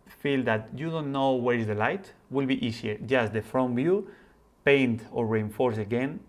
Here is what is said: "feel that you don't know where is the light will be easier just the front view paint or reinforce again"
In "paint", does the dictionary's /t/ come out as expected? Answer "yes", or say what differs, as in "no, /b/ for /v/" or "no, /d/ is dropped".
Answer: yes